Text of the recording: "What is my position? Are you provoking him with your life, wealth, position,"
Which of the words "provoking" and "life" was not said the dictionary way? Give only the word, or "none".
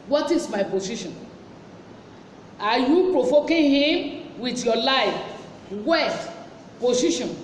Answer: provoking